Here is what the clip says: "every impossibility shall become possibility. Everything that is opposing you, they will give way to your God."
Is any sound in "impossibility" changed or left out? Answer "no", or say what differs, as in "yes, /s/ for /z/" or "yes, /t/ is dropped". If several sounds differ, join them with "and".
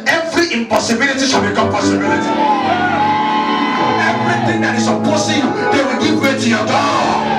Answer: no